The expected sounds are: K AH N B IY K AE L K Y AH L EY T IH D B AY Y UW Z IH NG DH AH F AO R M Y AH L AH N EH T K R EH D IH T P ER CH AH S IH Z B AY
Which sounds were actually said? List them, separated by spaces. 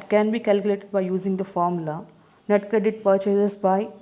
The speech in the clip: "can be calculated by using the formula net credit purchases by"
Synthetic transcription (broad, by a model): K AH N B IY K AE L K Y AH L EY T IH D B AY Y UW Z IH NG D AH F AO R M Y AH L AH N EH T K AH D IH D P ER CH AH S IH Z B AY